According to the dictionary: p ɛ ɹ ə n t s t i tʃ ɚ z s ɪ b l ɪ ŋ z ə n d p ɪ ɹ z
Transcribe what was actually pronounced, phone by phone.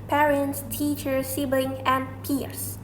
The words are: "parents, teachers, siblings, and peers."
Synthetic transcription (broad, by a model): p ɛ ɹ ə n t s t i tʃ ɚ s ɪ b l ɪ ŋ ə n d p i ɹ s